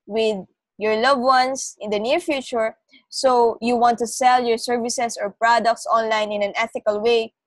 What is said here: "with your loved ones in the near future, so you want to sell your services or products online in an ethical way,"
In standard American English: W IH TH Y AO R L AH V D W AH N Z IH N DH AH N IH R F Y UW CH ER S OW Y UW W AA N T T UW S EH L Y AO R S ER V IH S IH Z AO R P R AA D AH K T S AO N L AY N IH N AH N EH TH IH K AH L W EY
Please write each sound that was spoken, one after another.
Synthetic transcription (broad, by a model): W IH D Y AO R L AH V W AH N S IH N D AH N IH R F Y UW CH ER S OW Y UW W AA N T T UW S EH L Y AO R S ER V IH S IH S AO R P R AA D AH K T S AO N L AY N IH N AH N EH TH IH K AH L W EY